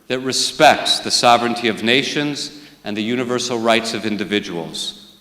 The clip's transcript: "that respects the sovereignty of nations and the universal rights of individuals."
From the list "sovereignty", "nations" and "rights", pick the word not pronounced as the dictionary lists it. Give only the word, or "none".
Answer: none